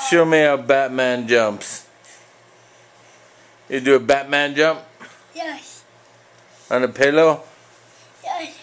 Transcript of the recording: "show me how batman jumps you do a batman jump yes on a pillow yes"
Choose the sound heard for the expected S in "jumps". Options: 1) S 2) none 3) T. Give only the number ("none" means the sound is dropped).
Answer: 1